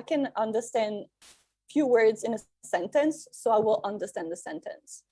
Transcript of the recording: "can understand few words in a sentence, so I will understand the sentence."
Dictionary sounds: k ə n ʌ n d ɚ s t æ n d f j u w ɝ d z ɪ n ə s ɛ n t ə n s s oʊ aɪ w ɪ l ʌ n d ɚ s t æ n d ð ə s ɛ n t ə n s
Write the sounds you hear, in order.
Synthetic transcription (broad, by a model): k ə n ʌ n d ɚ s t æ n d f j u w ɝ d z ɪ n ə s ɛ n t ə n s s oʊ aɪ w ɪ l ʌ n d ɚ s t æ n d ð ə s ɛ n t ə n s